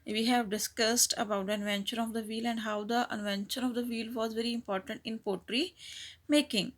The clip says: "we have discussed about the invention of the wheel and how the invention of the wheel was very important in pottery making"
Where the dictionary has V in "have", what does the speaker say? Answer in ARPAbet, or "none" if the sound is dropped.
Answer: V